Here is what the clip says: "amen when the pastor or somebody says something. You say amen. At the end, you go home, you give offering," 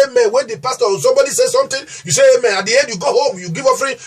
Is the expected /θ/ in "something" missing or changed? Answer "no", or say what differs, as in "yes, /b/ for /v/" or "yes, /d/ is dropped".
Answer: yes, /t/ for /θ/